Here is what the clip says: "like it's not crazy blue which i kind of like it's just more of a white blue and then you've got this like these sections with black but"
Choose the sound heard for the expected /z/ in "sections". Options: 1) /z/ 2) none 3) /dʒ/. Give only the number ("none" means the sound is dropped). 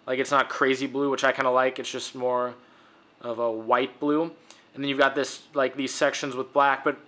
1